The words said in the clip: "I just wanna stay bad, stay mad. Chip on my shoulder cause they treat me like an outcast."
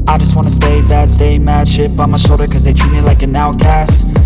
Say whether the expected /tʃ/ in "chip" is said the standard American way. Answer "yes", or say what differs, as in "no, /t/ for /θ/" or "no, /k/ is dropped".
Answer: no, /ʃ/ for /tʃ/